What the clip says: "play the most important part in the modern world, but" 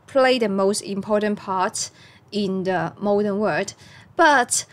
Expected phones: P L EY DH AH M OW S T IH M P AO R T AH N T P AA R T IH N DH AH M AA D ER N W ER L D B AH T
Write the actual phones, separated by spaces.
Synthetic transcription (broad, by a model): P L EY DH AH M OW S T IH M P AO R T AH N P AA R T IH N DH AH M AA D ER N W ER D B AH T